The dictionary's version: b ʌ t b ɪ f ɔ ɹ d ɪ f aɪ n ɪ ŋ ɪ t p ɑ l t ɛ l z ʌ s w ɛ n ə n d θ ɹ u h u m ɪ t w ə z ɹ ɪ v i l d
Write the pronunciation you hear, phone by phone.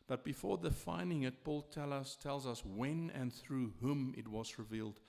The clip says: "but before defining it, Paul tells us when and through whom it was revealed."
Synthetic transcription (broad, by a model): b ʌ t b ɪ f ɔ ɹ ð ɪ f aɪ n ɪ ŋ ɪ t p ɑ l t ɛ l z ʌ s w ɛ n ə n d θ ɹ u h u m ɪ t w ə z ɹ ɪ v i l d